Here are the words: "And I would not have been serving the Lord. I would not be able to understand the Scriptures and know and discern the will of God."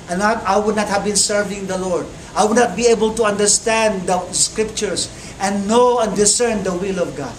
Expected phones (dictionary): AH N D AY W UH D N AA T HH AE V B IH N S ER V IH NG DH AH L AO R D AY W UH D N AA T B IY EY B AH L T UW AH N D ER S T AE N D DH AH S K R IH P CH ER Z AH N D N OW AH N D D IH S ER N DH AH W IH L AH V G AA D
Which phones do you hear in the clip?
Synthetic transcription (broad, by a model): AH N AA AY W UH D N AA T HH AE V B IH N S ER V IH NG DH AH L AO R D AY W UH D N AA T B IY EY B AH L T UW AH N D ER S T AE N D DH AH S K R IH P CH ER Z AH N N OW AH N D D IH S ER N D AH W IH L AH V G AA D